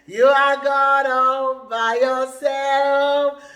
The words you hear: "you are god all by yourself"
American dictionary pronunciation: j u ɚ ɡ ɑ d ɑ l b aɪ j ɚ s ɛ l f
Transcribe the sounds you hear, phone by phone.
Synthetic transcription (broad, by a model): j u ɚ ɡ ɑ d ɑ n b aɪ j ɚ s ɛ l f